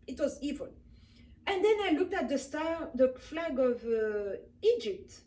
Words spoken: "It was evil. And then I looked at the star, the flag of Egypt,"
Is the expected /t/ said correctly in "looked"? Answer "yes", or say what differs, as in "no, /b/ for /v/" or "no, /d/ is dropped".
yes